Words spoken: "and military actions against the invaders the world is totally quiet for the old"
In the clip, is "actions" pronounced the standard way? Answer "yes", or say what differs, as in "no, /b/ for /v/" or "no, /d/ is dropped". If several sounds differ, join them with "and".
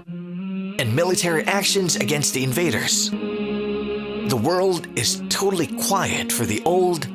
yes